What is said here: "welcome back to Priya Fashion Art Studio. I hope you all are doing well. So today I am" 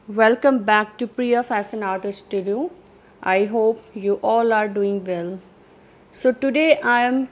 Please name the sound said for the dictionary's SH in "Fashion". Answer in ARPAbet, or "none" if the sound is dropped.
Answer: S